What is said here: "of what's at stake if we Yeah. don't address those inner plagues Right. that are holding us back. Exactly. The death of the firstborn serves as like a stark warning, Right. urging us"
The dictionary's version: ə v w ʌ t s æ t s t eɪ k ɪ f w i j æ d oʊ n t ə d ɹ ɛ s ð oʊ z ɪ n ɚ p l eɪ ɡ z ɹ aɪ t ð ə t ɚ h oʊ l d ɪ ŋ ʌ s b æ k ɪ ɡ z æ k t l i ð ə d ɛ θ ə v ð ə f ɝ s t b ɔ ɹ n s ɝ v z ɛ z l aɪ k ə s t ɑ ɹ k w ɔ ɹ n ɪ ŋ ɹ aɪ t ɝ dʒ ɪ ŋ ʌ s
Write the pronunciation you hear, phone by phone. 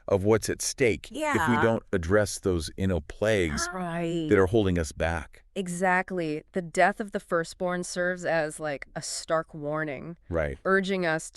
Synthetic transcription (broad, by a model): ə v w ʌ t s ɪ t s t eɪ k ɪ f w i d oʊ n t ə d ɹ ɛ s ð oʊ z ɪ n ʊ p l eɪ ɡ z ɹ aɪ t ð ə t ɚ h oʊ l d ɪ ŋ ʌ s b æ k ɪ ɡ z æ k t l i ð ə d ɛ θ ə v ð ə f ɝ s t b ɔ ɹ n s ɝ v z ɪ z l aɪ k ə s t ɑ ɹ k w ɔ ɹ n ɪ ŋ ɹ aɪ t ɝ dʒ ɪ ŋ ʌ s